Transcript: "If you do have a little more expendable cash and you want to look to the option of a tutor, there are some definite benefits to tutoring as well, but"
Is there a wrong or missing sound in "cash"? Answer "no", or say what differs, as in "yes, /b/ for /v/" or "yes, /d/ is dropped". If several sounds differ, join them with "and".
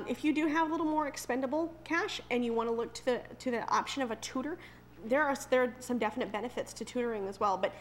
no